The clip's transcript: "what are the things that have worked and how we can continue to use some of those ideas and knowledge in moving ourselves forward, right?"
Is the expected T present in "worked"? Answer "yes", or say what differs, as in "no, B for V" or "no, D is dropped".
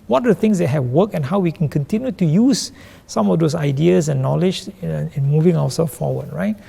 no, T is dropped